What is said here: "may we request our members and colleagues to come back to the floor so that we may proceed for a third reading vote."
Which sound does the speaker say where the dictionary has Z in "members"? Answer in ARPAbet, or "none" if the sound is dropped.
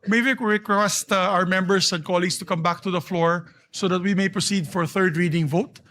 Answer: S